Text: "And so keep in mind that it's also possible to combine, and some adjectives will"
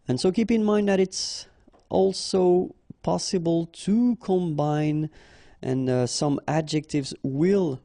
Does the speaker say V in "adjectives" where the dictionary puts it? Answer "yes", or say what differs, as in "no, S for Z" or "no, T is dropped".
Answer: yes